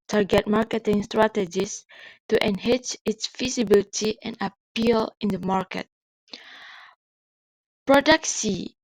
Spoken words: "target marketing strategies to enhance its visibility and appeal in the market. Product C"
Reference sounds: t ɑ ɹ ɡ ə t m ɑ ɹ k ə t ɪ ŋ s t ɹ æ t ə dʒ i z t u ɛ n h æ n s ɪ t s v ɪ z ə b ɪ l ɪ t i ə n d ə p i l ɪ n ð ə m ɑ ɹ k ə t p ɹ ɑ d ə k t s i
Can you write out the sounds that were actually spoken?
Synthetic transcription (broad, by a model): t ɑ ɹ ɡ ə t m ɑ ɹ k ə t ɪ ŋ s t ɹ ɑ t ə dʒ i s t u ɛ n h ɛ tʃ ɪ t s f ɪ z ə b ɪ l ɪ t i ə n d ə p i l ɪ n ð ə m ɑ ɹ k ə t p ɹ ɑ d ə k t s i